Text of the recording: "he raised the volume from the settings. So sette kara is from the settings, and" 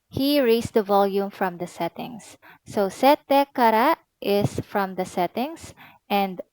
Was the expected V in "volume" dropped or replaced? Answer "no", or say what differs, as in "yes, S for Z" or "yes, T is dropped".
no